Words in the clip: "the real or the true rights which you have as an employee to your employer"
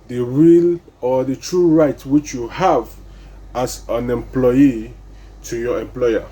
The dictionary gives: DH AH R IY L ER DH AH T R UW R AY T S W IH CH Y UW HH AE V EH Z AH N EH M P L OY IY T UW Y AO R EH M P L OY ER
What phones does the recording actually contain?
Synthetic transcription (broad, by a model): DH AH R IY L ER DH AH T R UW R AY T W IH CH Y UW HH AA V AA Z AH N EH M P L OY IY T UW Y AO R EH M P L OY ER